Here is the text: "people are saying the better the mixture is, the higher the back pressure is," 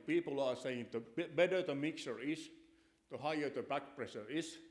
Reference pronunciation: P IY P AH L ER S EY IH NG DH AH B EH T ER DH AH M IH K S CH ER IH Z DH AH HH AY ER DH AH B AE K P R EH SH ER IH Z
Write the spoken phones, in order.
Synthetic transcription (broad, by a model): P IY P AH L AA S EY IH NG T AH B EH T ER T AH M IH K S ER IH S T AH HH AY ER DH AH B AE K P R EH S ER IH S